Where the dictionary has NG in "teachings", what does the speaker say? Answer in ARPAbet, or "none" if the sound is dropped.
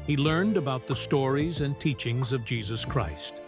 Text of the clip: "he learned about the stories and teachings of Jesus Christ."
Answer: NG